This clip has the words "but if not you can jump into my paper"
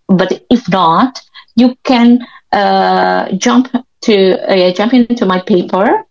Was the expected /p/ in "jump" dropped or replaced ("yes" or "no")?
no